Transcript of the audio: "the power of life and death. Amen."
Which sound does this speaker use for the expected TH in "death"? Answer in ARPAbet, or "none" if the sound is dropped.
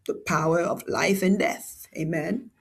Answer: TH